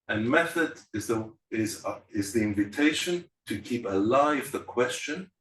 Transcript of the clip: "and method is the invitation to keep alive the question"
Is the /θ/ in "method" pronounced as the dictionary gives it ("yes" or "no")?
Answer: yes